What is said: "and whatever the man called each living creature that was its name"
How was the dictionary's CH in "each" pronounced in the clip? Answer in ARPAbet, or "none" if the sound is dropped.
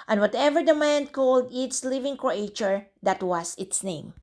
S